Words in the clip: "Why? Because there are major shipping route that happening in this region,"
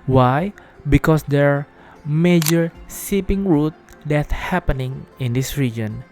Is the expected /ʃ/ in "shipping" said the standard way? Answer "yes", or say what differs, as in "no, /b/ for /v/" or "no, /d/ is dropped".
no, /s/ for /ʃ/